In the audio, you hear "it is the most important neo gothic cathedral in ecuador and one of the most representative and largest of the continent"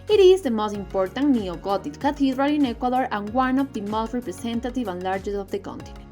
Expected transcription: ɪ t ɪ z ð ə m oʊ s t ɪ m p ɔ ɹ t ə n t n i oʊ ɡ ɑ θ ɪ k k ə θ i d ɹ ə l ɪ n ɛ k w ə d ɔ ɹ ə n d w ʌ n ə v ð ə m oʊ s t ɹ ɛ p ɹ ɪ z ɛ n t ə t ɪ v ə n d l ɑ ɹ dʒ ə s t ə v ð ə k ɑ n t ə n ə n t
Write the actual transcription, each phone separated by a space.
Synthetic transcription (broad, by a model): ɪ t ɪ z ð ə m oʊ s t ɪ m p ɔ ɹ t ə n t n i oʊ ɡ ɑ t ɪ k k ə t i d ɹ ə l ɪ n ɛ k w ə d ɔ ɹ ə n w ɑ n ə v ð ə m oʊ s t ɹ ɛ p ɹ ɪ s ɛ n t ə t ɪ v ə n l ɑ ɹ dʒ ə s ə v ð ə k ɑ n t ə n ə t